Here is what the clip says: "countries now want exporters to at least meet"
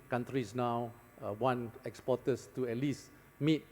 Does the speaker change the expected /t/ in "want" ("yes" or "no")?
yes